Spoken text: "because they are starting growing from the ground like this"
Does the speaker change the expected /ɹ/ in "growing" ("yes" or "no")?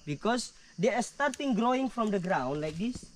no